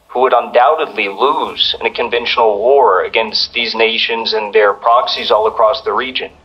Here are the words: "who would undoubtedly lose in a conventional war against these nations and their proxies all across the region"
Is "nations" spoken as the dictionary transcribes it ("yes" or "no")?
yes